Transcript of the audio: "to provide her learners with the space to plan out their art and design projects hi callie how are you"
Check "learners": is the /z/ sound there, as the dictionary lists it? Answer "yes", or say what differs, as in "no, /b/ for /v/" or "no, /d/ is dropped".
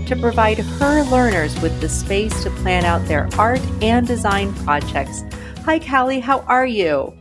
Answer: yes